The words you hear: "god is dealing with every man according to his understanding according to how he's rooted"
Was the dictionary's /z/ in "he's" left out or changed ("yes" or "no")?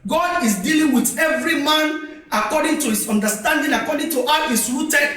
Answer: yes